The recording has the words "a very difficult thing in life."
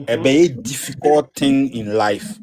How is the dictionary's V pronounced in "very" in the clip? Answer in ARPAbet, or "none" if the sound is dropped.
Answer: B